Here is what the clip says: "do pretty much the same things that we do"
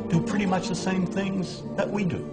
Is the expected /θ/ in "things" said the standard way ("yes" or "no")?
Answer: yes